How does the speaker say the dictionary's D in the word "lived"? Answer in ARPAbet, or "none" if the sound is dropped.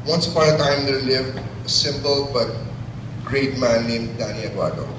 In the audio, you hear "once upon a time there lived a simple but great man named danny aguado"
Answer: none